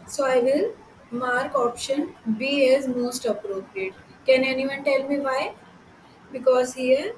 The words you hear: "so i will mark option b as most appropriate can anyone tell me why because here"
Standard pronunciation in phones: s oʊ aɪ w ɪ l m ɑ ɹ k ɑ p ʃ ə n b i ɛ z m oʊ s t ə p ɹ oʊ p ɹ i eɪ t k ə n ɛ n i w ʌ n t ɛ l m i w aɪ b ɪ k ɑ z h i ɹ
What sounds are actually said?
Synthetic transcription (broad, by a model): s oʊ aɪ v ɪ l m ɑ ɹ k ɑ p ʃ ə n b i ɛ z m oʊ s t ə p ɹ oʊ p ɹ i eɪ t k ə n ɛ n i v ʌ n t ɛ l m i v aɪ b ɪ k ɑ z h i ɹ